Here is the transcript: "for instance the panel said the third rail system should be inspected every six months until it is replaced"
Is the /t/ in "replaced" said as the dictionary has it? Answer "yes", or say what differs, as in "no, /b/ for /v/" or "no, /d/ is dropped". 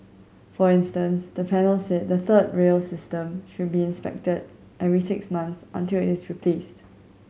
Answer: yes